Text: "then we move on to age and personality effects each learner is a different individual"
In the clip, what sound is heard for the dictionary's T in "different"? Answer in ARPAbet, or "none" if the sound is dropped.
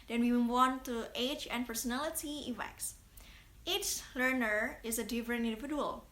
none